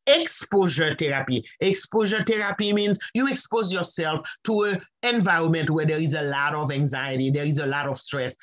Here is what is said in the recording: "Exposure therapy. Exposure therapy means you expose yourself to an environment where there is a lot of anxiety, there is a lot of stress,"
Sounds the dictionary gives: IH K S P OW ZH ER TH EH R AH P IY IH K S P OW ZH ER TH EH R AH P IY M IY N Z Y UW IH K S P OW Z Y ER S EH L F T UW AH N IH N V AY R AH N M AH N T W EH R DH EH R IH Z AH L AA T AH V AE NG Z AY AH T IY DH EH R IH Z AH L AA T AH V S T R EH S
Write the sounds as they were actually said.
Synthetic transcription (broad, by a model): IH K S P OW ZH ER T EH R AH P IY IH K S P OW ZH ER T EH R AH P IY M IY N Z Y UW IH K S P OW Z Y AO S EH L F T UW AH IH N V AY R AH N M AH N T W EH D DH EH R IH Z AH L AA T AH V AE NG Z AY AH T IY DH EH R IH Z AH L AA T AH V S T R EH S